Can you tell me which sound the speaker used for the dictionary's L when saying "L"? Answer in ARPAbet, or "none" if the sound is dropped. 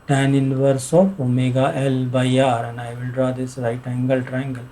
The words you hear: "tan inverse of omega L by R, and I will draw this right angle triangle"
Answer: L